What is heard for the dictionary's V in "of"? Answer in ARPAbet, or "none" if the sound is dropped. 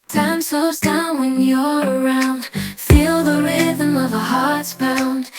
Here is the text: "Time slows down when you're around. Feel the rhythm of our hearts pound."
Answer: V